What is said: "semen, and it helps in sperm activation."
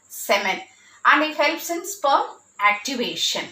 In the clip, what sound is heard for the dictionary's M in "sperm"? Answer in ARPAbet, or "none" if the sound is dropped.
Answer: none